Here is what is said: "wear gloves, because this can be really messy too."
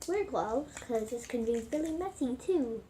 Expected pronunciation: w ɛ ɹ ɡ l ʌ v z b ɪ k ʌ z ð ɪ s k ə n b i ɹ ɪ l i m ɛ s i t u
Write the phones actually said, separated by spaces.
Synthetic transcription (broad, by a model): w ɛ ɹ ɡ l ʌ z k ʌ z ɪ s k ə n b i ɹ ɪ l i m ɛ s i t u